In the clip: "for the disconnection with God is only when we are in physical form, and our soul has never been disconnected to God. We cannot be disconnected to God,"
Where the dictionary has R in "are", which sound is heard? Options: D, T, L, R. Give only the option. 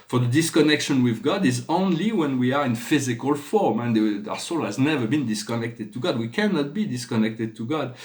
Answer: R